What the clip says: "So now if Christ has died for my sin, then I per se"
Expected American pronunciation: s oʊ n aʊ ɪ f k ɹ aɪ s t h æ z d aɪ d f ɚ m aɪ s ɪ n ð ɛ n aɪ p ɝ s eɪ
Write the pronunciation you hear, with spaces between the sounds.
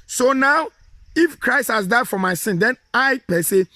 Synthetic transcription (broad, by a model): s oʊ n aʊ ɪ f k ɹ aɪ s t h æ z d aɪ d f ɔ m aɪ s ɪ n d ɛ n aɪ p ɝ s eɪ